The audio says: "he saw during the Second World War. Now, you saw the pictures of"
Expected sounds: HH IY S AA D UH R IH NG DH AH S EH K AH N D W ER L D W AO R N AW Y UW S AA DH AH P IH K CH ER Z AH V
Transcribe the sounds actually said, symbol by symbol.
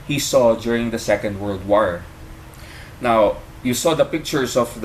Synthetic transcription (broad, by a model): HH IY S AA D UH R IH NG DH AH S EH K AH N D W ER L D W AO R N AW Y UW S AA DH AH P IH K CH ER S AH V